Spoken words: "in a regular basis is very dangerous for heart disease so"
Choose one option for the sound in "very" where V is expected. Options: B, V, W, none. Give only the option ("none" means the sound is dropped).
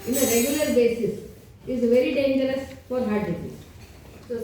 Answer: V